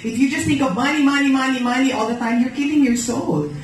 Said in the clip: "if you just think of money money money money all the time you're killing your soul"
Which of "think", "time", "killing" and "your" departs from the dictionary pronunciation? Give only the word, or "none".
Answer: think